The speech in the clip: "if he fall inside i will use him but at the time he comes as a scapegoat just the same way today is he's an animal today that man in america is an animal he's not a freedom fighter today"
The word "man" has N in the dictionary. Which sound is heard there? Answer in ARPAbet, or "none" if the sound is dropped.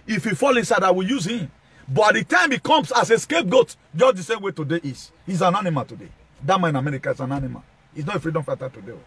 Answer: none